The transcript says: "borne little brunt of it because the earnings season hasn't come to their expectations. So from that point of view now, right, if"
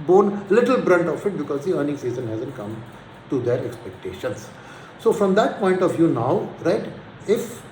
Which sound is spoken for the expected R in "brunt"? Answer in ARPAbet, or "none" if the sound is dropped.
R